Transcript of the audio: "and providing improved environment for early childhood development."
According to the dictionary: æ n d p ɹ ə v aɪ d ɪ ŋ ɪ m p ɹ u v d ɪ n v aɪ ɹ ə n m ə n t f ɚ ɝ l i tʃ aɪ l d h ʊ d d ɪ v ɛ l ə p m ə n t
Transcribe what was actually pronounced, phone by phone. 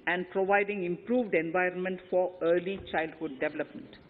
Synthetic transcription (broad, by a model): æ n d p ɹ ə v aɪ d ɪ ŋ ɪ m p ɹ u v d ɪ n v aɪ ɹ ə n m ə n t f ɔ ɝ l i tʃ aɪ l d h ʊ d d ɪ v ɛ l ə p m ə n t